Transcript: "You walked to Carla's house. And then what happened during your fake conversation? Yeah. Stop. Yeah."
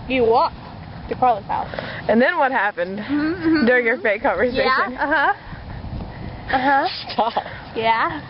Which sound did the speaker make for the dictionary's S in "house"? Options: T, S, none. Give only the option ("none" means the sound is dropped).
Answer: none